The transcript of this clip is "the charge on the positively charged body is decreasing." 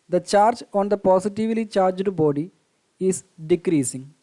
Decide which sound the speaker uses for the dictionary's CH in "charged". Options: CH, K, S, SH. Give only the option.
CH